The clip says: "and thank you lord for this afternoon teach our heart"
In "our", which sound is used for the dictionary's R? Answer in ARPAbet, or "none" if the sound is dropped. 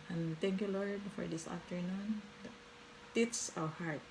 W